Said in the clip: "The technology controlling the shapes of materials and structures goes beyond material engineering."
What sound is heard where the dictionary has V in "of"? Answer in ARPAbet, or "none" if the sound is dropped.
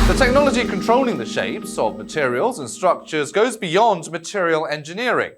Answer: V